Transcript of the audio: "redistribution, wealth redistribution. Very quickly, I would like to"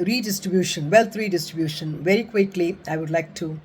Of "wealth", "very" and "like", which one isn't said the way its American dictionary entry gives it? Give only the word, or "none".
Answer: wealth